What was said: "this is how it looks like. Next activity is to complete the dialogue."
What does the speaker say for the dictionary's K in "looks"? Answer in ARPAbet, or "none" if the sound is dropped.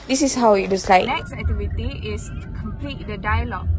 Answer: none